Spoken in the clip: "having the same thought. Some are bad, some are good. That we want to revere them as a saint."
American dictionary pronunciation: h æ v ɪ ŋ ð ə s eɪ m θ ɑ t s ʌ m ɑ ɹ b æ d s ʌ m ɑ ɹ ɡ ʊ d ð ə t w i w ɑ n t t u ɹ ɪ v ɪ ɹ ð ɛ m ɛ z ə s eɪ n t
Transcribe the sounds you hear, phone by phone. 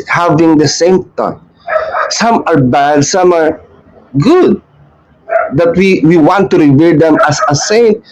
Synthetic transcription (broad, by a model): h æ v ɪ ŋ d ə s eɪ m t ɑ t s ʌ m ɑ ɹ b æ d s ʌ m ɑ ɹ ɡ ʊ d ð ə t w i w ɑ n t t u ɹ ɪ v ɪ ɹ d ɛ m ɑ s ə s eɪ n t